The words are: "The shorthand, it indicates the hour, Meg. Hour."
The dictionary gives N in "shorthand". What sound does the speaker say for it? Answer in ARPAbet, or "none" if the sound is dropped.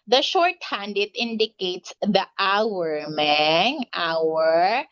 N